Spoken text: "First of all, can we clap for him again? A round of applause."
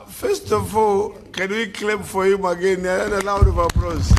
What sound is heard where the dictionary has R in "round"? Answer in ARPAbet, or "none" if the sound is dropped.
L